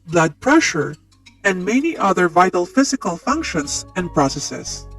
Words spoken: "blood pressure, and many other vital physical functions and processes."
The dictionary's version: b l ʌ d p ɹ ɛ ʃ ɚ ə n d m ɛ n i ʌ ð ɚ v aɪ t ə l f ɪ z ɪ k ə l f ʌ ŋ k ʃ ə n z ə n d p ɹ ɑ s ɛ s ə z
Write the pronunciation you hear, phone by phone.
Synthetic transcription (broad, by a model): b l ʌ d p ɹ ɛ ʃ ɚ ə n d m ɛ n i ʌ ð ɚ v aɪ t ə l f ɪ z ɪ k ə l f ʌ ŋ k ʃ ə n s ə n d p ɹ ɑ s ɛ s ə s